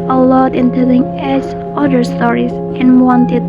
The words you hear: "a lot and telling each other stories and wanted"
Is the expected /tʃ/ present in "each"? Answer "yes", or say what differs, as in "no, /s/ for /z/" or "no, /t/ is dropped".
no, /s/ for /tʃ/